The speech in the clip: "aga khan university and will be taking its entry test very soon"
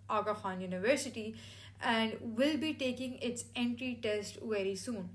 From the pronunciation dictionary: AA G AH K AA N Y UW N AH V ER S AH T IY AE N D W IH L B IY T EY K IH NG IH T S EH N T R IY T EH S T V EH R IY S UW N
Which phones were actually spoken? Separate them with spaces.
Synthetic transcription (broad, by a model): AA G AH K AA N Y UW N AH V ER S AH T IY AE N D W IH L B IY T EY K IH NG IH T S EH N T R IY T EH S T V EH R IY S UW N